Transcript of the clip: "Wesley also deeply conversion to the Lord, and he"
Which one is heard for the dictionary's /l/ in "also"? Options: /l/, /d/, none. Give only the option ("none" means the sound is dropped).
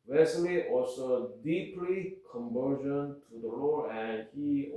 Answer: none